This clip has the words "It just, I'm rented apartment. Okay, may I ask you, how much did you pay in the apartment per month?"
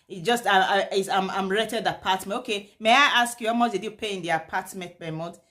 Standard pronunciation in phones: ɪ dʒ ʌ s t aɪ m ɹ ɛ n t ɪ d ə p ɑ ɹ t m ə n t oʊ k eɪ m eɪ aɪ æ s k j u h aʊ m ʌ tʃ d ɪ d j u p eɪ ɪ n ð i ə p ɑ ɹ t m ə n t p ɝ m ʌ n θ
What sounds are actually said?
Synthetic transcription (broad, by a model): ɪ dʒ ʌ s t aɪ m ɹ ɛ t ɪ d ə p ɑ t m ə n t oʊ k eɪ m eɪ aɪ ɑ s k j u h aʊ m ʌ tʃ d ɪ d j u p eɪ ɪ n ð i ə p ɑ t m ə n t b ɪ m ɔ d